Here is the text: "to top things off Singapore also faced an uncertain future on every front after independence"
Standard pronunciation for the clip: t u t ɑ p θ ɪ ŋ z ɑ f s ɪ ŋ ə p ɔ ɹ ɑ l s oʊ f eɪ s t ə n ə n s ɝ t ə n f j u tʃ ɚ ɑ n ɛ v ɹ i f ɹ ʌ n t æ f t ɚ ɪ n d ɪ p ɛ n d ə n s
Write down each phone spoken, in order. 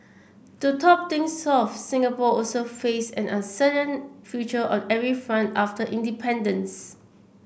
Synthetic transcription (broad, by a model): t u t ɑ p t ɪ ŋ s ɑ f s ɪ ŋ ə p ɔ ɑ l s oʊ f eɪ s ə n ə n s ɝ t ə n f j u tʃ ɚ ɑ n ɛ v ɹ i f ɹ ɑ n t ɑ f t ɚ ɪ n d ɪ p ɛ n d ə n s